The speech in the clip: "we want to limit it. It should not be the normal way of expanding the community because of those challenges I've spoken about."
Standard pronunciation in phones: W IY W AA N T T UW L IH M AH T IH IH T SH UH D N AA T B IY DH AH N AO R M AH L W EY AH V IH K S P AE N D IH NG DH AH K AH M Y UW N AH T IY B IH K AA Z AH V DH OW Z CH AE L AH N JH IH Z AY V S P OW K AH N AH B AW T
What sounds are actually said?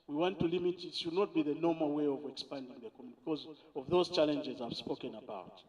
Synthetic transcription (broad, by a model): W IY W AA N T T UW L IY M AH T IH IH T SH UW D N AA T B IY DH AH N AO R M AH L W EY AH V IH K S P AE N D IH NG DH AH K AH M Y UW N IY B IH K AA Z AH V DH OW Z CH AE L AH N JH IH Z AY V S P OW K AH N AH B AW T